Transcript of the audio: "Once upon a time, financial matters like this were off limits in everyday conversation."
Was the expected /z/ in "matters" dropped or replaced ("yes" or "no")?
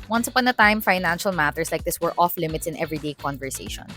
yes